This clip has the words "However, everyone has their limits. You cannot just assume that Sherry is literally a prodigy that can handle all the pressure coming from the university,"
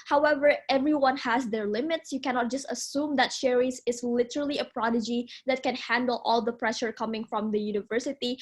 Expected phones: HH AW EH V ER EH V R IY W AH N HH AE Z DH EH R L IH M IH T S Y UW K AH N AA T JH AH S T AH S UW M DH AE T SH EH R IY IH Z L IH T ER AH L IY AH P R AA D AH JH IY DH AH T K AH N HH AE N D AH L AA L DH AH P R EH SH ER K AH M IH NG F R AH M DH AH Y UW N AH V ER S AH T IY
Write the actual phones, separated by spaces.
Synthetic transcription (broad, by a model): HH AW EH V ER EH V R IY W AH N HH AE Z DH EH R L IH M IH T S Y UW K AH N AA T JH AH S T AH S UW M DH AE T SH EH R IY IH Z L IH T ER AH L IY AH P R AA D AH JH IY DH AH T K AH N HH AE N D AH L AA L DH AH P R EH SH ER K AH M IH NG F R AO M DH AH Y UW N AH V ER S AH T IY